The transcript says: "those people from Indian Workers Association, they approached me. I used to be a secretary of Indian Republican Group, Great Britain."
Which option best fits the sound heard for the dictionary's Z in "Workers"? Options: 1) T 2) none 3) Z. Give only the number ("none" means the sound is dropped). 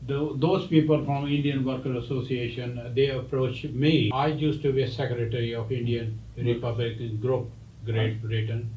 2